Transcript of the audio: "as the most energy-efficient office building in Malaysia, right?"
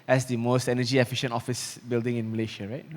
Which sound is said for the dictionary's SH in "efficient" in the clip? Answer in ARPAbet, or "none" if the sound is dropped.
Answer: SH